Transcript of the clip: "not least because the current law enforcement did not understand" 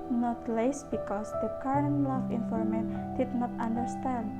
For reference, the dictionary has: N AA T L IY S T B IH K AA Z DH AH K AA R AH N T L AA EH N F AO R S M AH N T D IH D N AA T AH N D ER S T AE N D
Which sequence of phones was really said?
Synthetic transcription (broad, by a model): N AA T L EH S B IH K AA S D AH K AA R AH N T L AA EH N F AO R M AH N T D IH D N AA T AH N D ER S T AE N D